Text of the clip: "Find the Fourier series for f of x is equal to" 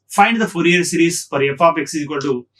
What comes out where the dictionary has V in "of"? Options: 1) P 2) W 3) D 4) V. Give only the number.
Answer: 1